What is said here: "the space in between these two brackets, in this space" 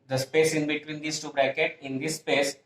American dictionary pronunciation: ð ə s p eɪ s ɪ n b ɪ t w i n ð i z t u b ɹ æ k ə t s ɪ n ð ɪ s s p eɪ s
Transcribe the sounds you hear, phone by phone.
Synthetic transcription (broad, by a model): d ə s p eɪ s ɪ n b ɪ t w i n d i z t u b ɹ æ k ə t ɪ n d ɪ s s p eɪ s